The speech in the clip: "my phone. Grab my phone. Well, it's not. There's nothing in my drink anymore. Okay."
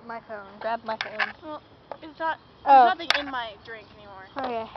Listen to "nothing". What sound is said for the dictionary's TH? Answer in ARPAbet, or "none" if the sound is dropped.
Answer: T